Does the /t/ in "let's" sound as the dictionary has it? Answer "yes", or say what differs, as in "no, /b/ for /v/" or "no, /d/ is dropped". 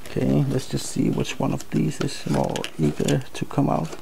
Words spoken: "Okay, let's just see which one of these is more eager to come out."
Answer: yes